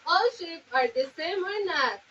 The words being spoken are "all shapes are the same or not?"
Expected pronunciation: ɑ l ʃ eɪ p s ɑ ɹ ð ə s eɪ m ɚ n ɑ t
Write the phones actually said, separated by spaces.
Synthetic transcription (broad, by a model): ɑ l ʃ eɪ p ɑ ɹ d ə s eɪ m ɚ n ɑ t